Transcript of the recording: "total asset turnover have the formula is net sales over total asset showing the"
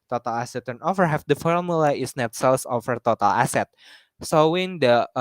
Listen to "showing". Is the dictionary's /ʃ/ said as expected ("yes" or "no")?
no